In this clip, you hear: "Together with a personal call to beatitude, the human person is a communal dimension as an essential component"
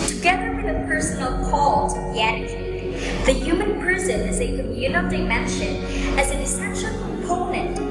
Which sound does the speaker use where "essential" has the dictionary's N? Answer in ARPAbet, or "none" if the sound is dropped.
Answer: none